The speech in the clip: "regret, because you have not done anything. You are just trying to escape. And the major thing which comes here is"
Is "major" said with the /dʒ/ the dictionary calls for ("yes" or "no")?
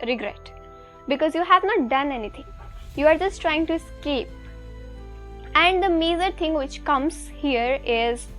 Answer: no